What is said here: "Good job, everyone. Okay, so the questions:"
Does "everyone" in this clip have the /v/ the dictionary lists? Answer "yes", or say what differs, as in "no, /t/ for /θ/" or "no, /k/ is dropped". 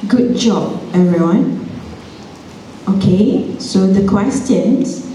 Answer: no, /v/ is dropped